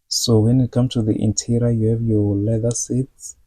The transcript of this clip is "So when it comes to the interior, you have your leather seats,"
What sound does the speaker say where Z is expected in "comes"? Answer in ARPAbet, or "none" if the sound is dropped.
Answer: none